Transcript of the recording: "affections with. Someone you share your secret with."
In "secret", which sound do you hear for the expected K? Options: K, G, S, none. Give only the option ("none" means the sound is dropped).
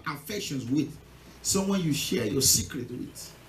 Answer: K